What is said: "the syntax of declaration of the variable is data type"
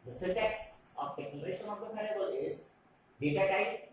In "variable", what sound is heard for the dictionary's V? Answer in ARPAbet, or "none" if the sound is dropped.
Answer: P